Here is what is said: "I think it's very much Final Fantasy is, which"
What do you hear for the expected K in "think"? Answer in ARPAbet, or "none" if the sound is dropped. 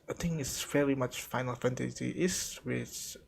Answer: none